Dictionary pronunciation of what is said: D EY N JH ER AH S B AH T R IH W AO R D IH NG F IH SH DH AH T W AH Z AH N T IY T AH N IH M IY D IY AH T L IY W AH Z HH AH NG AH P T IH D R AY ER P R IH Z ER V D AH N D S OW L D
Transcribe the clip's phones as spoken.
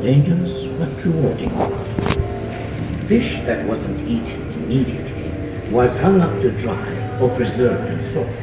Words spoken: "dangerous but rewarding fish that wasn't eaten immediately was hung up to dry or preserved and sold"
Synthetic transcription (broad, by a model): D EY N JH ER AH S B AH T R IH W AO R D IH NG F IH SH DH AH T W AH Z AH N T IY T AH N IH M IY D IY AH T L IY W AH Z HH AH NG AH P T IH D R AY ER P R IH Z ER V AH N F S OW